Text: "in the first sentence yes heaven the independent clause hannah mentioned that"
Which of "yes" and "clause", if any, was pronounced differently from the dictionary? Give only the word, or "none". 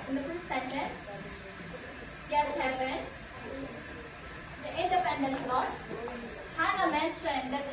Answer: clause